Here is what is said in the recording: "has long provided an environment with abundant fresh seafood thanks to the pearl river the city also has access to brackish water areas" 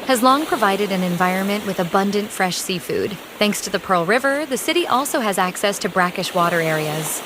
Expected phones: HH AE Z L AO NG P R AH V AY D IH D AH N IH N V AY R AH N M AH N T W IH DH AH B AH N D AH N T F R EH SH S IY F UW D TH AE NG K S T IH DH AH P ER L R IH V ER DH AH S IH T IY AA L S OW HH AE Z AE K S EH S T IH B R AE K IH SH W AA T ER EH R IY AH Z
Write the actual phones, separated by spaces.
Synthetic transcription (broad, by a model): HH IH Z L AO NG P R AH V AY D IH D AH N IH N V AY R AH N M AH N T W IH DH AH B AH N D AH N T F R EH SH S IY F UW D TH AE NG K S T IH DH AH P ER L R IH V ER DH AH S IH T IY AA L S OW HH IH Z AE K S EH S T IH B R AE K IH SH W AA T ER EH R IY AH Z